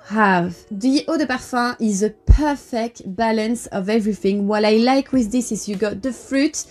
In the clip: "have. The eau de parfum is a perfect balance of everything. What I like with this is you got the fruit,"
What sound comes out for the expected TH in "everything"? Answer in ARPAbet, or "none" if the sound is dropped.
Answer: TH